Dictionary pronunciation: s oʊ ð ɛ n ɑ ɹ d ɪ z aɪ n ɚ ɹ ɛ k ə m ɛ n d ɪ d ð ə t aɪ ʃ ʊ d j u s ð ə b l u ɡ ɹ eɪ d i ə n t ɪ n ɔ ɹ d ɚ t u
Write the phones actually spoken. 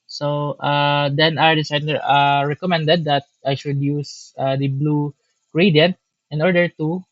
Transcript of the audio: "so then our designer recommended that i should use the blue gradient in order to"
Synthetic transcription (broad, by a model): s oʊ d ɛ n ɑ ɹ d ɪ s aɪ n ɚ ɹ ɛ k ə m ɛ n d ɪ d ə t aɪ ʃ ʊ d j u s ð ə b l u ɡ ɹ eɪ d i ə n t ɪ n ɔ ɹ d ɚ t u